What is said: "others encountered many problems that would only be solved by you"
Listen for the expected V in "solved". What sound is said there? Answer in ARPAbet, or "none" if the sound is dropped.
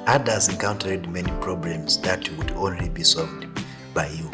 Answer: V